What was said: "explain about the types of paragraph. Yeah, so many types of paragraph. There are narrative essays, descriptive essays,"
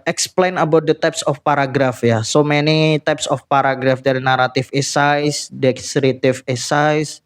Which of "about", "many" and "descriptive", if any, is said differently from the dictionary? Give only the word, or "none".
descriptive